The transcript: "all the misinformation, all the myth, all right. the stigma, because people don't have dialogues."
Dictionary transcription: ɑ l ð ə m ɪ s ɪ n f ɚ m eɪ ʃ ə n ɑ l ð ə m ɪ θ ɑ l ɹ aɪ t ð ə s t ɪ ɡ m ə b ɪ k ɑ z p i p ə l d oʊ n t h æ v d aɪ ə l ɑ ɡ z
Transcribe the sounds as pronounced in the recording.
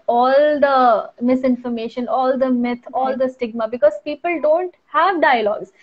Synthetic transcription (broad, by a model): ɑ l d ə m ɪ s ɪ n f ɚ m eɪ ʃ ə n ɑ l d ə m ɪ t ɑ l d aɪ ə s t ɪ ɡ m ə b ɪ k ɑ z p i p ə l d oʊ n t h æ v d aɪ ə l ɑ ɡ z